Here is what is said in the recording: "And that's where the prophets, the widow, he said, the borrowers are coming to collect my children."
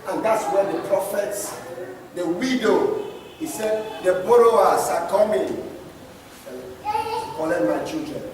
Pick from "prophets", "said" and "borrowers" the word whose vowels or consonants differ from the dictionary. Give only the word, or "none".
borrowers